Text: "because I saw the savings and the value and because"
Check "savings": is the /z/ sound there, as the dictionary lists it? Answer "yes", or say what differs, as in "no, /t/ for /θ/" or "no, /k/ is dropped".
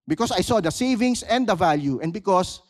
no, /s/ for /z/